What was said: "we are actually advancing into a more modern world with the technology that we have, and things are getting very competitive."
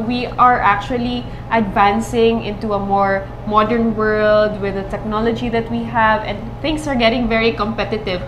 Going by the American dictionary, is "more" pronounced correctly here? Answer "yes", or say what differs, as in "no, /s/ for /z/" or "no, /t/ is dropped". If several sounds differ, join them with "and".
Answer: yes